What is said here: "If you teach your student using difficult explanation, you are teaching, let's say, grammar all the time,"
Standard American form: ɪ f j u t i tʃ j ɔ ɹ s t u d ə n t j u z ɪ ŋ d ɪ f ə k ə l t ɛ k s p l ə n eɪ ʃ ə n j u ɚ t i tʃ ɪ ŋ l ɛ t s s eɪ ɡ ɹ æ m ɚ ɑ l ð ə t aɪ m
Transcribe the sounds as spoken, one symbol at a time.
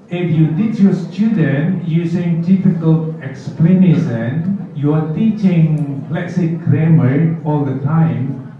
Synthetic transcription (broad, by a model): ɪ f j u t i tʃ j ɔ s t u d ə n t j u s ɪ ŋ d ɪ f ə k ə l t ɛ k s p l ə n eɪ s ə n j u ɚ t i tʃ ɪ ŋ l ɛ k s s eɪ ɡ ɹ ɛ m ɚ ɑ l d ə t aɪ m